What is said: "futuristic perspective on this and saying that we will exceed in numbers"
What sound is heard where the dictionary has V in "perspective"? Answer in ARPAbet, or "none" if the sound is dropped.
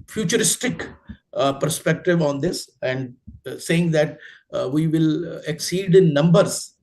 V